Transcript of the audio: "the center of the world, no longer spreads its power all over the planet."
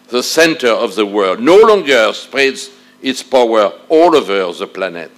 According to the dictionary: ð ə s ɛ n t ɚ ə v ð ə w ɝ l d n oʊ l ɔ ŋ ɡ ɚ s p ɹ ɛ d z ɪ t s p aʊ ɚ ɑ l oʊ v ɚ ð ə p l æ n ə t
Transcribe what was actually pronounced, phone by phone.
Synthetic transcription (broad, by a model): ð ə s ɛ n t ɚ ə v ð ə w ɝ l d n oʊ l ɔ ŋ ɡ ɚ s p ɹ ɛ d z ɪ t s p aʊ ɚ ɑ l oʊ v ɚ ð ə p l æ n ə t